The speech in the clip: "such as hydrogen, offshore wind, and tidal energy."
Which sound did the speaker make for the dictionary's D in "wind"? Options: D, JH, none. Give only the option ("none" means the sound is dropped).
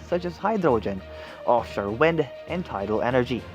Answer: D